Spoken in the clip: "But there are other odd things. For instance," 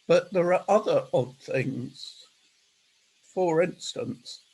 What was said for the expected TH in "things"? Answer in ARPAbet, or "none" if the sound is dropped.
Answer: TH